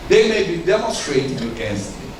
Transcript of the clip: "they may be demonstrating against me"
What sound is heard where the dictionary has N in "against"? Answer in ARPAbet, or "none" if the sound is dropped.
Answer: none